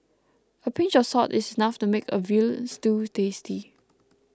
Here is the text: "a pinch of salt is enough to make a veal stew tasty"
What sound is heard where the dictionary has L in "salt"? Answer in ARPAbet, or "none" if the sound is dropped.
none